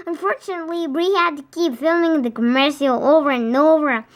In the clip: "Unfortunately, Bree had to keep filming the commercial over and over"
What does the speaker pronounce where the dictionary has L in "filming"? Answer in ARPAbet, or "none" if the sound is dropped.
L